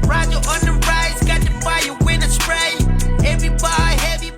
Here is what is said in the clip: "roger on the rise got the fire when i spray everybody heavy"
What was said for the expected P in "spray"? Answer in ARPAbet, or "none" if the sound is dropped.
none